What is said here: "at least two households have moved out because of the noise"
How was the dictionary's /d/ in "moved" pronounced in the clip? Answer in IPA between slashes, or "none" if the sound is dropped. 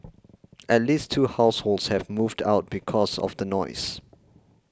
/d/